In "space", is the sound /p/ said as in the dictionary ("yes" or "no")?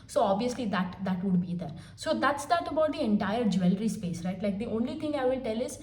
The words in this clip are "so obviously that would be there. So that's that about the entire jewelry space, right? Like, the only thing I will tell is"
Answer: yes